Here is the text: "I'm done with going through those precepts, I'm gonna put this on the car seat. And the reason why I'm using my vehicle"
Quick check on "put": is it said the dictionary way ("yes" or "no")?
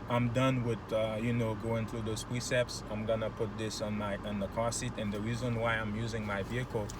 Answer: yes